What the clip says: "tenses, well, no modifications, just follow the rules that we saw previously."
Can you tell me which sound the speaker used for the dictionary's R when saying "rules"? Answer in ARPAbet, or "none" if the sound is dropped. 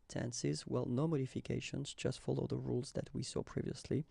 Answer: R